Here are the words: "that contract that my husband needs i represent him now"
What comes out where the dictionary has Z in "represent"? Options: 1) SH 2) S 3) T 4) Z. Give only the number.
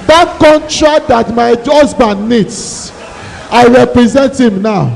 4